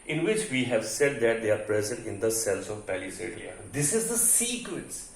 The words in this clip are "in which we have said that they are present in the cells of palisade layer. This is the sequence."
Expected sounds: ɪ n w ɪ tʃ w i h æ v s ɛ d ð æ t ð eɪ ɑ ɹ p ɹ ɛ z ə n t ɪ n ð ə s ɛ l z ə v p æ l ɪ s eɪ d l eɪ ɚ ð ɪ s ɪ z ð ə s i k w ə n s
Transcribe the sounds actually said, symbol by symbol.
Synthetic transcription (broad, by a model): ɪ n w ɪ tʃ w i h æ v s ɛ d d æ t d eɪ ɑ ɹ p ɹ ɛ z ə n t ɪ n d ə s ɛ l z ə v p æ l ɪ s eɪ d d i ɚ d ɪ s ɪ z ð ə s i k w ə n s